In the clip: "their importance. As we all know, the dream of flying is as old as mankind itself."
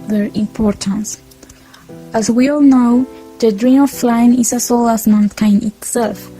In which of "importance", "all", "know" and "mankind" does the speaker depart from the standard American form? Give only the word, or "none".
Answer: mankind